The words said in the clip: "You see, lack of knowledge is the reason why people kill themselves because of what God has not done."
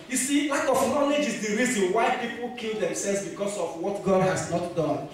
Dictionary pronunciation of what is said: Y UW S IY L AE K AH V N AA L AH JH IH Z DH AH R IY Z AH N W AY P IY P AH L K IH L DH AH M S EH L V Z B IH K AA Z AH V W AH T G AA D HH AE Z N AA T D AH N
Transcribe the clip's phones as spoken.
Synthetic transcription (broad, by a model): Y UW S IY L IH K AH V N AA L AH JH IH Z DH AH R IY Z AH N W AY P IY P AH L K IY L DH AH M S EH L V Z B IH K AA S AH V W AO T G AA D HH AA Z N AA T D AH N